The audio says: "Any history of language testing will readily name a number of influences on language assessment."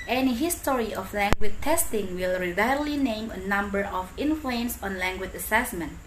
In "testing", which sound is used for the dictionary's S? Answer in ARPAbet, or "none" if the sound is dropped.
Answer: S